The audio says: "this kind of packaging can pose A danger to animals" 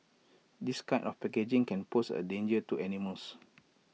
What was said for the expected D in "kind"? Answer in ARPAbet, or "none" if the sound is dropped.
none